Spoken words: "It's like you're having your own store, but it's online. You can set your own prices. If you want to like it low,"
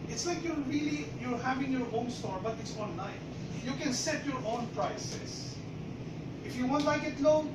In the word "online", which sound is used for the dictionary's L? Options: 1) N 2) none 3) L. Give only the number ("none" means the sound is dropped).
2